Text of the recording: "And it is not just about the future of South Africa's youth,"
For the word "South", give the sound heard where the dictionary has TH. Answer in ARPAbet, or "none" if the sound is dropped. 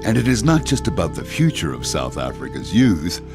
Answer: TH